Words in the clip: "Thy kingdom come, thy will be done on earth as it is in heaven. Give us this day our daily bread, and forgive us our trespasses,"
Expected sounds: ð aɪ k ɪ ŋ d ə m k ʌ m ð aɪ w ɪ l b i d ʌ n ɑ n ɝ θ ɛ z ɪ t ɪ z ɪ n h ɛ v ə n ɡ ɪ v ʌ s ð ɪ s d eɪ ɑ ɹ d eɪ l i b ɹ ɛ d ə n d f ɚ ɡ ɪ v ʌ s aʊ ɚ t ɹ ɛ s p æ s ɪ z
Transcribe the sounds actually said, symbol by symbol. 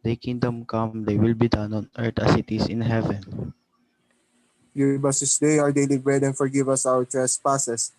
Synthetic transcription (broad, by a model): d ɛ k ɪ ŋ d ə m k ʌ m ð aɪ w ɪ l b i d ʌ n ɑ n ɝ t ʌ s ɪ t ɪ s ɪ n h ɛ v ə n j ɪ b ʌ s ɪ s d eɪ ɑ ɹ d eɪ l i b ɹ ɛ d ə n f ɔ ɡ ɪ v ʌ s aʊ ɚ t ɹ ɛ s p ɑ s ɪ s